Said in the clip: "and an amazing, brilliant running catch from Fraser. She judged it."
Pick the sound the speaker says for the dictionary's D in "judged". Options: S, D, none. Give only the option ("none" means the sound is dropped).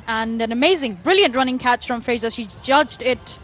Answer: D